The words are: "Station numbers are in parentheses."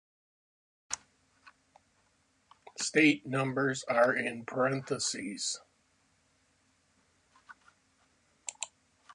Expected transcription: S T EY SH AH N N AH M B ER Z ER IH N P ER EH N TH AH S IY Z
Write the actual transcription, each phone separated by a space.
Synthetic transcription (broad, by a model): S T EY AH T N AH M B ER Z ER IH N P ER EH N TH AH S IY Z